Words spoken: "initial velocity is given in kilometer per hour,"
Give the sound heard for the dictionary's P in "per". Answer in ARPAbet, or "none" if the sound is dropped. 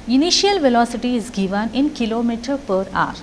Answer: P